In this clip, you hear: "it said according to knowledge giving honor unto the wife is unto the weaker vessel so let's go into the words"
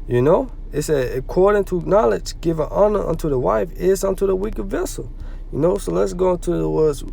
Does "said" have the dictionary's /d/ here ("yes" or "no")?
no